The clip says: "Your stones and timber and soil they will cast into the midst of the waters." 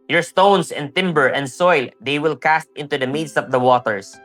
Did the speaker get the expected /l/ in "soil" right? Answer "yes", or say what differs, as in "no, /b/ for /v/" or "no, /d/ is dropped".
yes